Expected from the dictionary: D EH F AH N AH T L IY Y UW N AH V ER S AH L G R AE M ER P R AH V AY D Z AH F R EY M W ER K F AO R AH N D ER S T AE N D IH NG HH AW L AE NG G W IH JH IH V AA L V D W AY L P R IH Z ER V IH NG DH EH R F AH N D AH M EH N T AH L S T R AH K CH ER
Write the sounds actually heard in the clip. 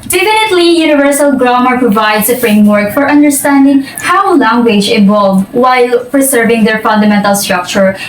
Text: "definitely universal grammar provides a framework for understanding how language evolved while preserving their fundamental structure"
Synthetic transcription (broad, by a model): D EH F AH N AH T L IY Y UW N AH V ER S AH L G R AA M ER P R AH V AY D S AH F R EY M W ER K F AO R AH N D ER S T AE N D IH NG HH AW L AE NG G W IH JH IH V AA L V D W AY L P R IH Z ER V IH NG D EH R F AH N D AH M EH N T AH L S T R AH K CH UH